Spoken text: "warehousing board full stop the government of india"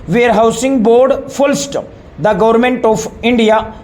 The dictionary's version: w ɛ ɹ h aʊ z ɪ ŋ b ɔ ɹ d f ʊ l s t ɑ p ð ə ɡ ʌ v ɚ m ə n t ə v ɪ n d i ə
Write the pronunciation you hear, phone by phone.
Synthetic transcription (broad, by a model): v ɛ ɹ h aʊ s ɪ ŋ b ɔ ɹ d f ʊ l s t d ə ɡ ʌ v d m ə n t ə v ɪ n d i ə